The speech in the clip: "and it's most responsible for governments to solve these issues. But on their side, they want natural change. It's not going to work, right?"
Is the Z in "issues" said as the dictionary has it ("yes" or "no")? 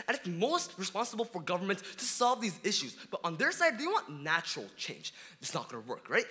yes